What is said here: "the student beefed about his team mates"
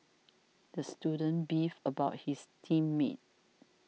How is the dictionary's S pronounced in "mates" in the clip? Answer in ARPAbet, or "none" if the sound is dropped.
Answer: none